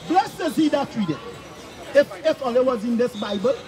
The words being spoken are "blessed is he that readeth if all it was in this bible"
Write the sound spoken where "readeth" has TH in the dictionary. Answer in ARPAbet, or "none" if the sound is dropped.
F